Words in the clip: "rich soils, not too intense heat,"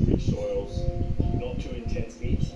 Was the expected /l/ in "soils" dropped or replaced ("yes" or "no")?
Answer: no